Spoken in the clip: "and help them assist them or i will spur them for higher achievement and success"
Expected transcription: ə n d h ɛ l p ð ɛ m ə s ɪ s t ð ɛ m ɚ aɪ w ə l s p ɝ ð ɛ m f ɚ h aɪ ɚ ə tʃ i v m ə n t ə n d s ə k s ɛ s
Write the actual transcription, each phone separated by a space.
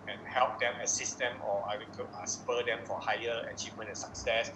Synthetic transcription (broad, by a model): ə n h ɛ l p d ɛ m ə s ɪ s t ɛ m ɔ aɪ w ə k s p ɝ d ɛ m f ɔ h aɪ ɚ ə tʃ i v m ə n ə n s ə k s ɛ s